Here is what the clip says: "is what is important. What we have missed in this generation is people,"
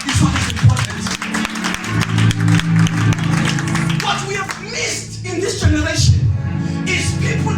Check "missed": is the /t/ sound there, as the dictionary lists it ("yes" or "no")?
yes